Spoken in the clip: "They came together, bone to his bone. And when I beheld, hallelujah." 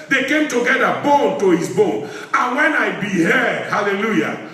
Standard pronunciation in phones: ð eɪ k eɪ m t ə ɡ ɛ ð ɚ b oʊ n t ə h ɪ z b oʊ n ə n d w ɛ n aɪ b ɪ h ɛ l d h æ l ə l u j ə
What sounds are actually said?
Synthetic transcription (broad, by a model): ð eɪ k eɪ m t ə ɡ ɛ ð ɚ b oʊ n t ə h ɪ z b oʊ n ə n w ɛ n aɪ b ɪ h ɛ d h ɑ l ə l u j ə